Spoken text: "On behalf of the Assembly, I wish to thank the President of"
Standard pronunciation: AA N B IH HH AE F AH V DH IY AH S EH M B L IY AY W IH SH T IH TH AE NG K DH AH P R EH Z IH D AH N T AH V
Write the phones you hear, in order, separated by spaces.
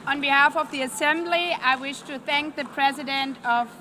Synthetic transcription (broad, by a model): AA N B IH HH AE F AH V DH IY AH S EH M B L IY AY W IH SH T IH TH AE NG K DH AH P R EH Z IH D AH N T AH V